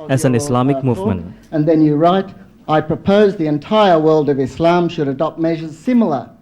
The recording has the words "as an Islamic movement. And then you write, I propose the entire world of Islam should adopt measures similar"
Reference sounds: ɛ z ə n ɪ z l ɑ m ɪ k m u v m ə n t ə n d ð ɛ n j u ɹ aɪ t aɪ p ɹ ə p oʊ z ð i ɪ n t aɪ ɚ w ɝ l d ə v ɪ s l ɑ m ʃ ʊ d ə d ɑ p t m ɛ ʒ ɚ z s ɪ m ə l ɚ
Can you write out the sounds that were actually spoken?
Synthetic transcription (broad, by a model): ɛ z ə n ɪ s l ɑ m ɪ k m u v m ə n t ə n ð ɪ n j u ɹ aɪ t aɪ p ɹ ə p oʊ z ð i ɪ n t aɪ ɚ w ɝ l d ə v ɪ s l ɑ m ʃ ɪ d ə d ɑ p t m ɛ ʒ ɚ z s ɪ m l ɚ